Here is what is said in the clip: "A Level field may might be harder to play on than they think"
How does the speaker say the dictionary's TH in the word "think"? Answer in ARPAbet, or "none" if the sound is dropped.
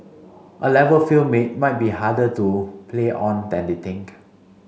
T